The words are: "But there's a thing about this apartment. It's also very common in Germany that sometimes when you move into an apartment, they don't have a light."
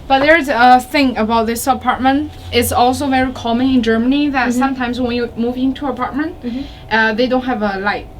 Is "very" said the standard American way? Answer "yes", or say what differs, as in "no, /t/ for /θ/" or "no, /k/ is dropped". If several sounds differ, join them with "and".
yes